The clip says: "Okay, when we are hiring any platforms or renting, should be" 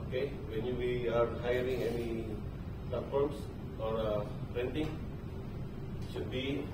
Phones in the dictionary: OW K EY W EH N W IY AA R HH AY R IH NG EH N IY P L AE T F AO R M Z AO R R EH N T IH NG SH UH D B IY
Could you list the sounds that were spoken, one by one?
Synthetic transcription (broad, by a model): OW K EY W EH N W IY AA R HH AY R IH NG EH N IY P L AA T F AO R M S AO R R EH N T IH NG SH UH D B IY